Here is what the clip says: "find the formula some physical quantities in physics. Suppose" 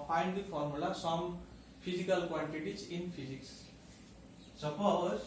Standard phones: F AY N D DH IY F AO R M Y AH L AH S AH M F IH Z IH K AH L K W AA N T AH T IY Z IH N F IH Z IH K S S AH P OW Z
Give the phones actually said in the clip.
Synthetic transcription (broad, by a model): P AY N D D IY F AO R M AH L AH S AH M P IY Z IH K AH L K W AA N T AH T IY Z IH N P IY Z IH K S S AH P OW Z